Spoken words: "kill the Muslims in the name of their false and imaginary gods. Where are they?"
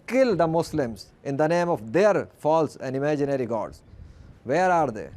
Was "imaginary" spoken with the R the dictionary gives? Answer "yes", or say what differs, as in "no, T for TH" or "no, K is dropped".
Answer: yes